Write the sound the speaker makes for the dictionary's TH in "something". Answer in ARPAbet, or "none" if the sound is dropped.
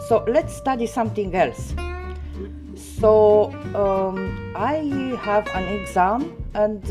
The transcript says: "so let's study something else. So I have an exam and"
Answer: T